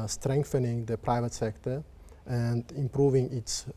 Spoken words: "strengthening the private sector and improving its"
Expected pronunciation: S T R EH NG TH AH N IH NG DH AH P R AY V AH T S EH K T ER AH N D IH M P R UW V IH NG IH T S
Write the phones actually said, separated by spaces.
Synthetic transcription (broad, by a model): S T R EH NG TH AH N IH NG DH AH P R AY V AH T S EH K T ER AH N D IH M P R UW V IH NG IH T S